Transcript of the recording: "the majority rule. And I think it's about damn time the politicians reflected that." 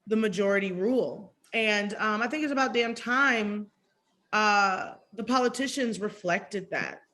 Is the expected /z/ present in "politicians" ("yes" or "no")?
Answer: yes